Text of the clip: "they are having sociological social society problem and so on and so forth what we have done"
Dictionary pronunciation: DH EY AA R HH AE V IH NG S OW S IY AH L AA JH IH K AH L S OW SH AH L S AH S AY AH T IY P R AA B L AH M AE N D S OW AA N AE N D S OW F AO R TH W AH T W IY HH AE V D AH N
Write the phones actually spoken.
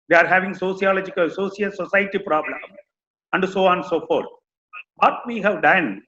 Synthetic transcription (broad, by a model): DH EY AA R HH AE V IH NG S OW S IY AH L AA JH IH K AH L S OW S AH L S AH S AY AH T IY P R AA B L AH M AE N D S OW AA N N S OW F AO R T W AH T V IY HH AE V D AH N